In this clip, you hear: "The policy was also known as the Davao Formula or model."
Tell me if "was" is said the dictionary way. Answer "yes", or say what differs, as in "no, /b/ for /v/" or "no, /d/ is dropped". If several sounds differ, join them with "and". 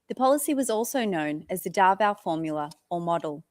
yes